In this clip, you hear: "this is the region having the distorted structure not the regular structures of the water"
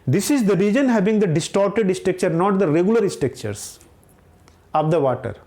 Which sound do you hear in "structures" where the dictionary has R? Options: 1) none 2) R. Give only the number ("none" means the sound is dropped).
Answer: 1